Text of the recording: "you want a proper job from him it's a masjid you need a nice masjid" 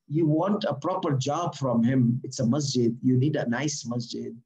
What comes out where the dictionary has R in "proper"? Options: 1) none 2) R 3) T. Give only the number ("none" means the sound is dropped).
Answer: 2